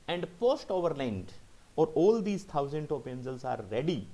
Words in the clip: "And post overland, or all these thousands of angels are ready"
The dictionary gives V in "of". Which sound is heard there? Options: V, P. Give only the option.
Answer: P